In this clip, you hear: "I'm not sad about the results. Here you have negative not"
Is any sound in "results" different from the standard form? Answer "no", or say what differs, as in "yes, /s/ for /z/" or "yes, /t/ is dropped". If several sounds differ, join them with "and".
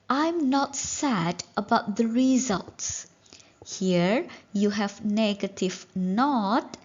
no